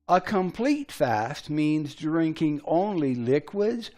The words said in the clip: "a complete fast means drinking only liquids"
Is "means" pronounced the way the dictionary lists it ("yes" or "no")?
yes